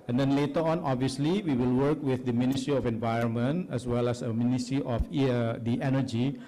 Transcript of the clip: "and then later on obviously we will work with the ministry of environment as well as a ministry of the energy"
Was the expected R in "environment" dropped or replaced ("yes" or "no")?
no